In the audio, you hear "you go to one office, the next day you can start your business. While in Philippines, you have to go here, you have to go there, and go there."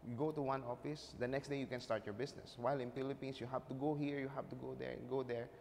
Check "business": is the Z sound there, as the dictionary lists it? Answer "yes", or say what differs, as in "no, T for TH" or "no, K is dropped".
no, S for Z